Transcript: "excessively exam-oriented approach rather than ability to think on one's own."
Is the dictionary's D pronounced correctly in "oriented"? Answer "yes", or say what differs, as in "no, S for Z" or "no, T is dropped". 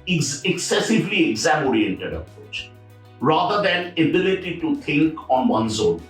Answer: yes